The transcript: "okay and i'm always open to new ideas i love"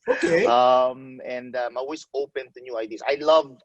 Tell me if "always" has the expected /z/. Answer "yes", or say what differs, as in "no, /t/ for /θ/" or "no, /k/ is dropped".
no, /s/ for /z/